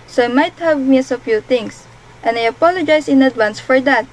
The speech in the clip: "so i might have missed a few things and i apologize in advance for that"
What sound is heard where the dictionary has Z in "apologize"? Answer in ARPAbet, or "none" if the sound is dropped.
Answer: S